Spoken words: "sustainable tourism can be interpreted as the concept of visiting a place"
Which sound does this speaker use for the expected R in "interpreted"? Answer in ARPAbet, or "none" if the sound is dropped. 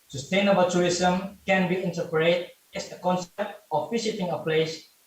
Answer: none